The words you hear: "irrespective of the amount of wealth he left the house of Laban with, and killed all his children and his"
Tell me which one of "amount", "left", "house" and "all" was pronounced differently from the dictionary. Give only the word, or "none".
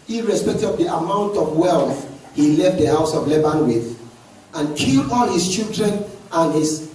none